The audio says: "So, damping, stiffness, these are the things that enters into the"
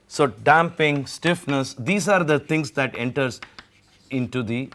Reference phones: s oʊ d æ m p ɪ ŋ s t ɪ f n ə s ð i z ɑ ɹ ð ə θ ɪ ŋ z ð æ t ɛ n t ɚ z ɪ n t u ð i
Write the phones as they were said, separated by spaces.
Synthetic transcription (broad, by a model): s oʊ d æ m p ɪ ŋ s t ɪ f n ə s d i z ɑ ɹ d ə t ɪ ŋ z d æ t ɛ n t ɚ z ɪ n t u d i